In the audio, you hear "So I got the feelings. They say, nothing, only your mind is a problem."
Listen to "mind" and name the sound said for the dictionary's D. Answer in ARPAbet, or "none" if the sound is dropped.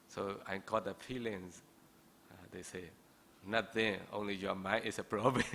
none